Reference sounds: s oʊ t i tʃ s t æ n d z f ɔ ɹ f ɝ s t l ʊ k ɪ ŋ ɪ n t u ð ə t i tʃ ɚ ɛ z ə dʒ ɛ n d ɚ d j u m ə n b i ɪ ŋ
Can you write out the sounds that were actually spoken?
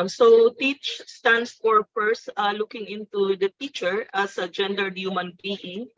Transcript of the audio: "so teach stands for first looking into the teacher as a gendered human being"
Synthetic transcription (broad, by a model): s oʊ t i tʃ s t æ n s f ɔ ɹ p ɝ s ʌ l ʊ k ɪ ŋ ɪ n t u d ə t i tʃ ɚ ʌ s ə dʒ ɛ n d ɚ d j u m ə n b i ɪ ŋ